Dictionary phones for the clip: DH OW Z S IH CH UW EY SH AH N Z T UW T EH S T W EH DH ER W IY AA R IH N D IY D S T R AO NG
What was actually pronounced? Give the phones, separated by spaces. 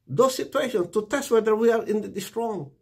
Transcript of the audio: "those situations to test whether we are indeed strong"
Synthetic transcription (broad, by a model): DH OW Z S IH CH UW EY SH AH N T UW T EH S T W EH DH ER W IY AA R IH N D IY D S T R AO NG